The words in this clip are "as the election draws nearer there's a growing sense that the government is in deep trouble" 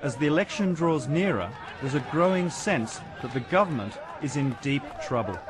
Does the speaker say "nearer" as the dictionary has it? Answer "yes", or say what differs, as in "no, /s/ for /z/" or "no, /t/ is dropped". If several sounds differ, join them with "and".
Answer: yes